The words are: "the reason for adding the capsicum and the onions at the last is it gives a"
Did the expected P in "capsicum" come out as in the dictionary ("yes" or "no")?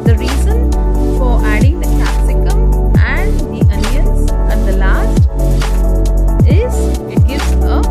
no